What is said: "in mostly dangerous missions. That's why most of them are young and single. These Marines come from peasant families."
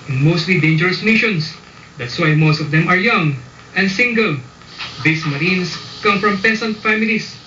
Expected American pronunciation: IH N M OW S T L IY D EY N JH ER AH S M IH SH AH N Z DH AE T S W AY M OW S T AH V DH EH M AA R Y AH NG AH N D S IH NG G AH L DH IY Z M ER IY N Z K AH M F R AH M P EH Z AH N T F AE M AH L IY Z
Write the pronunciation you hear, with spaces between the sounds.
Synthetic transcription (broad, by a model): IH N M OW S T L IY D EY N JH ER AH S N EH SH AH N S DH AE T S W AY M OW S T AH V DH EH M AA R Y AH NG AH N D S IH NG G AH L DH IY S M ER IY N S K AH M F R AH M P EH S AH N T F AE M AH L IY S